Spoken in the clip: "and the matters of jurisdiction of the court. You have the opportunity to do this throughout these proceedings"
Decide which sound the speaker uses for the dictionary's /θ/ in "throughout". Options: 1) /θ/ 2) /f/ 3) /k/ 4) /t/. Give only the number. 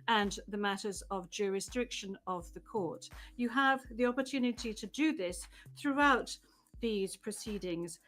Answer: 1